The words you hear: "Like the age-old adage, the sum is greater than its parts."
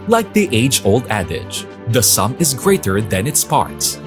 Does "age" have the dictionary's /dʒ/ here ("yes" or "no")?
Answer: yes